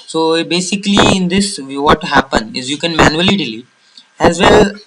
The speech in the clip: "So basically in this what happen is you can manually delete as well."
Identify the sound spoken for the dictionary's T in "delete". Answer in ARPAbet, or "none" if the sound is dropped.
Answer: none